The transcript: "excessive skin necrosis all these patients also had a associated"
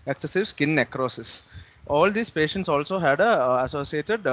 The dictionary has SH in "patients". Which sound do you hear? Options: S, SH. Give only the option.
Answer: SH